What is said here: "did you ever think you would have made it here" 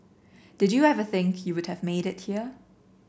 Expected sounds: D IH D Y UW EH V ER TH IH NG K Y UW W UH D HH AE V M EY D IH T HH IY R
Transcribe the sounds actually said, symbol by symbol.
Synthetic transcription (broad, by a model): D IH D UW EH V ER TH IH NG K Y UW W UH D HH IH V M EY D IH T HH IY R